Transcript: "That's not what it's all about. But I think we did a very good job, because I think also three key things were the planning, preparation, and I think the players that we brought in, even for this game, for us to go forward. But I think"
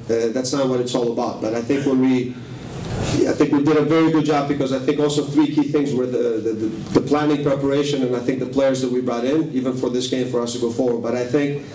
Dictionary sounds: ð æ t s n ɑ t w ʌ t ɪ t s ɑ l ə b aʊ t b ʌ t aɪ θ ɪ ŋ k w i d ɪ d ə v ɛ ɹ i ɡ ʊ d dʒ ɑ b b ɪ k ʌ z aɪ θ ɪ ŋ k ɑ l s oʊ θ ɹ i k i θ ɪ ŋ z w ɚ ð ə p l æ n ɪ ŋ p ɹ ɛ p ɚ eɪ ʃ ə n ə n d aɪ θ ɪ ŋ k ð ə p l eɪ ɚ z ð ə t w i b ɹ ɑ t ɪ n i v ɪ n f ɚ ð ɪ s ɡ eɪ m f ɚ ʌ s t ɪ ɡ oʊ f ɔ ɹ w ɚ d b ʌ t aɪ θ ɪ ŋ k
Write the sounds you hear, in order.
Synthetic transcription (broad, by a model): ð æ t s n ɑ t w ʌ t ɪ t s ɑ l ə b aʊ t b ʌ t aɪ θ ɪ ŋ k w i d ɪ d ə v ɛ ɹ i ɡ ʊ d dʒ ɑ b b ɪ k ʌ z aɪ θ ɪ ŋ k ɑ l s oʊ θ ɹ i k i θ ɪ ŋ z w ɚ ð ə p l æ n ɪ ŋ p ɹ ɛ p ɚ eɪ ʃ ə n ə n aɪ θ ɪ ŋ k ð ə p l eɪ ɚ z ð ə t w i b ɹ ɑ t ɪ n i v ɪ n f ɚ ð ɪ s ɡ eɪ m f ɚ ʌ s t ɪ ɡ oʊ f ɔ ɹ w ɚ d b ʌ t aɪ θ ɪ ŋ k